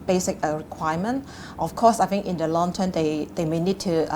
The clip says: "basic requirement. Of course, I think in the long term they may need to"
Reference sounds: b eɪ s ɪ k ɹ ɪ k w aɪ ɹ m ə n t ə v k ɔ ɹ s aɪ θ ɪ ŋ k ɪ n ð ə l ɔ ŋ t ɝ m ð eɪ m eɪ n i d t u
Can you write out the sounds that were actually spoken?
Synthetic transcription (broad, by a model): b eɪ s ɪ k ɹ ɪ k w aɪ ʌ m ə n t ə f k ɔ s aɪ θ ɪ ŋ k ɪ n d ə l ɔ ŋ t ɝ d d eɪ m eɪ n i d t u